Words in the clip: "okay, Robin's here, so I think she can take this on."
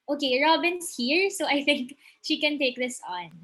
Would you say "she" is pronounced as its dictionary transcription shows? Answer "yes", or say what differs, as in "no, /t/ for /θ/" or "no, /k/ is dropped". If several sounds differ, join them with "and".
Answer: yes